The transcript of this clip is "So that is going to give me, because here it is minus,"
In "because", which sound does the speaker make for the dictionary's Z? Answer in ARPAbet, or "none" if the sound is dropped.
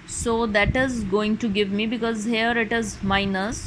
Z